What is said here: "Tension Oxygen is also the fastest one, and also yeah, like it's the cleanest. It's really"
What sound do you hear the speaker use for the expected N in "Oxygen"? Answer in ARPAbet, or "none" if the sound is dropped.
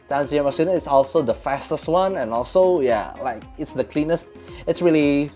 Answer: none